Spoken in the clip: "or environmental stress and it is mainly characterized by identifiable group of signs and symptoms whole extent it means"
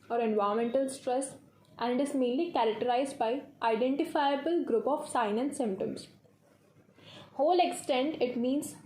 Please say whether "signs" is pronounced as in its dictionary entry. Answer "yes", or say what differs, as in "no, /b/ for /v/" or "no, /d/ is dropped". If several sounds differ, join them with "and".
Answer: no, /z/ is dropped